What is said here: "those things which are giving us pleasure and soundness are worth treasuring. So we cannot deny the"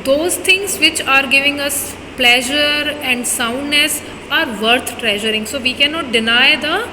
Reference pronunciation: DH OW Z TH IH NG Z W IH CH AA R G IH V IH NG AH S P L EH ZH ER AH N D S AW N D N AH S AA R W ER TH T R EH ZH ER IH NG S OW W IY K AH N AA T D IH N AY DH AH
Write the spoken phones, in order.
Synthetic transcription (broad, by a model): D OW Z T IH NG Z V IH CH AA R G IH V IH NG AH S P L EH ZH ER AH N D S AW N D N AH S AA R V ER T T R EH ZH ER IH NG S OW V IY K AH N AA T D IH N AY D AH